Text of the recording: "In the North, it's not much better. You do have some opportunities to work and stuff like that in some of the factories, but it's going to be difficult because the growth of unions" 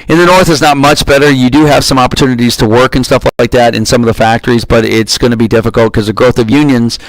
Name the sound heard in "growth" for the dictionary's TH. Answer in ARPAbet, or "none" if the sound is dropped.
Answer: TH